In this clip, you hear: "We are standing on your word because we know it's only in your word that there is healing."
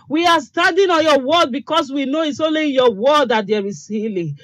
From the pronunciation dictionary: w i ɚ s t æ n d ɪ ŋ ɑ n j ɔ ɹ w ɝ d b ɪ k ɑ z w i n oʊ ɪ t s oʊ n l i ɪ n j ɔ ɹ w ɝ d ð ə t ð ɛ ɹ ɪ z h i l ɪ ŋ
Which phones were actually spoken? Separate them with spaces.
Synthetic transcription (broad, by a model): w i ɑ s t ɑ n d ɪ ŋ ɑ n j ɔ w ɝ d b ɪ k ɑ s w i n oʊ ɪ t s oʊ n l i ɪ n j ɔ w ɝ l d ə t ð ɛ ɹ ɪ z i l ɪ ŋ